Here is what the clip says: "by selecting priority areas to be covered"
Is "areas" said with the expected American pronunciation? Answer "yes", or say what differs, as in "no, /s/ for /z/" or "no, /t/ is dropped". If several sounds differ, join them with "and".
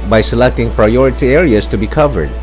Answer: no, /s/ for /z/